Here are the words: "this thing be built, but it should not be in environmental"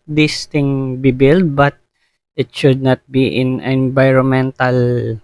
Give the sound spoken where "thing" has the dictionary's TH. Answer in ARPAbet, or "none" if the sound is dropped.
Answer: T